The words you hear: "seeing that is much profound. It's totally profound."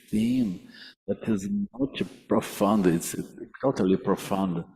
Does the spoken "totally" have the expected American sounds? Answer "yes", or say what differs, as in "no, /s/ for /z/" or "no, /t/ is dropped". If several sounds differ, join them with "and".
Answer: yes